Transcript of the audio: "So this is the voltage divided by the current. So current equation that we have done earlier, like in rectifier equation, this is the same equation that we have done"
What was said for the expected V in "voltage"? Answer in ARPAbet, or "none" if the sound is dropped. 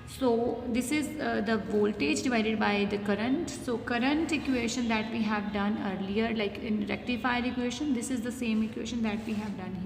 V